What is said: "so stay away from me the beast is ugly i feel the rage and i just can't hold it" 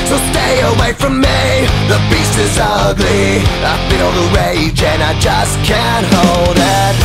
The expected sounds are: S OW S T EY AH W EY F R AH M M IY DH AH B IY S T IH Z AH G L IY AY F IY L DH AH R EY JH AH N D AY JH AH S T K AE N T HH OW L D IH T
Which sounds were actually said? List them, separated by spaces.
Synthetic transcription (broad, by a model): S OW S T EY AH W EY F R AH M M IY DH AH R IY S IH Z AH G L IY AY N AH N DH AH R EY JH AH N AY JH AH S K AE N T HH OW L D IH T